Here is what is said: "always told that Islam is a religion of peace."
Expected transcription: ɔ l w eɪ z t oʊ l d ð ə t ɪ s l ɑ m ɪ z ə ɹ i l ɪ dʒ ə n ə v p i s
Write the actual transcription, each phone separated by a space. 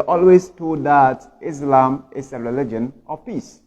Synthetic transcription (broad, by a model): ɔ l w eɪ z t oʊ d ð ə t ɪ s l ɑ m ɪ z ə ɹ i l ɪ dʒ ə n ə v p i s